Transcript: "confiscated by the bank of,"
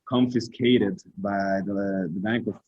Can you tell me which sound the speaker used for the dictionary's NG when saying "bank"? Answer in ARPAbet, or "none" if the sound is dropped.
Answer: NG